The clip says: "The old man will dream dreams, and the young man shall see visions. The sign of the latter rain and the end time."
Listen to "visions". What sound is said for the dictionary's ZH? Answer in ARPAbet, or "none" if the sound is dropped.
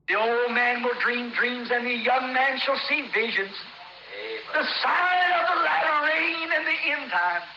ZH